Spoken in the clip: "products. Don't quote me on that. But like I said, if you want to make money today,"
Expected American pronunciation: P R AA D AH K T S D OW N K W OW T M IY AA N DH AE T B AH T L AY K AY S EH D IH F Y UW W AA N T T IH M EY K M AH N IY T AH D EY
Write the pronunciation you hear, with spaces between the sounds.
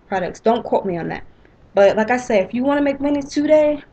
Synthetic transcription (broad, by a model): P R AA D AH K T S D OW N K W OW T M IY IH N DH AE T B AH T L AY K AY S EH IH F Y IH W AA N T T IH M EY K M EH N IY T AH D EY